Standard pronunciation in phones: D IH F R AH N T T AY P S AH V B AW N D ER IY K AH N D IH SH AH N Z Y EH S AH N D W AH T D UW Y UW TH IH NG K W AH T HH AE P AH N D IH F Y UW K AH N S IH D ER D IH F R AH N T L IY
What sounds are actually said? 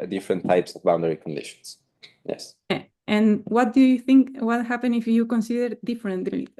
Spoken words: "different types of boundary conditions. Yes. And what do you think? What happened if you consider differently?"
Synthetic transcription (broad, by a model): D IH F R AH N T T AY P S AH V B AW N D ER IY K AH N D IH SH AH N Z Y EH S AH N W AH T D UW Y UW TH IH NG K W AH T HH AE P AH N IH F Y UW K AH N S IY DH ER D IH F R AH N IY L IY